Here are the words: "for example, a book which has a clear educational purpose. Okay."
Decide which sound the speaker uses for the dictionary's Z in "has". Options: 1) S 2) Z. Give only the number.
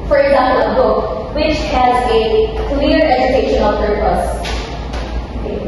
2